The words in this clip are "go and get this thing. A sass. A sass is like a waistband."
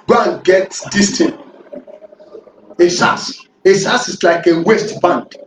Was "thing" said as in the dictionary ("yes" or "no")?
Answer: no